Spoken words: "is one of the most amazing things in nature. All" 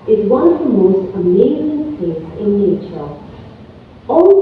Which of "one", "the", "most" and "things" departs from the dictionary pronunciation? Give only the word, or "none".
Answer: things